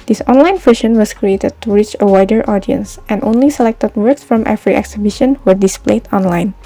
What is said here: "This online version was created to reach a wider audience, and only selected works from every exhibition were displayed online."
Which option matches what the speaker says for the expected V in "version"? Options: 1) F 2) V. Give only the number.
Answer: 1